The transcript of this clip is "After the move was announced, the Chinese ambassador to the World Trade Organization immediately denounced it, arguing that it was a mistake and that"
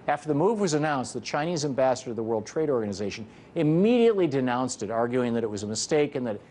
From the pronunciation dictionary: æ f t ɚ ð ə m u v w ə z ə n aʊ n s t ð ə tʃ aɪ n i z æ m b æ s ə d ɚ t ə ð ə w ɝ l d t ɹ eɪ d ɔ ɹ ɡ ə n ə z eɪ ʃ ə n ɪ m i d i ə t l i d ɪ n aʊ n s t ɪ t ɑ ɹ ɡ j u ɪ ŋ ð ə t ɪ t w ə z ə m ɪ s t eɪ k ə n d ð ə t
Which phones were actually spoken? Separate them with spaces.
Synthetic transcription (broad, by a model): æ f t ɚ ð ə m u v w ə z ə n aʊ n s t ð ə tʃ aɪ n i z æ m b æ s ə d ɚ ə ð ə w ɝ l d t ɹ eɪ d ɔ ɹ ɡ ə n ə z eɪ ʃ ə n ɪ m i d i ə t l i d ɪ n aʊ n s t ɪ t ɑ ɹ ɡ j u ɪ ŋ ð ə t ɪ t w ə z ə m ɪ s t eɪ k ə n ð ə t